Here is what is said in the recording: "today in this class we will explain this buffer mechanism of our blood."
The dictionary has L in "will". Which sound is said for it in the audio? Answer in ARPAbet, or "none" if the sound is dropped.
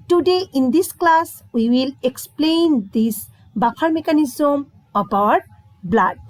L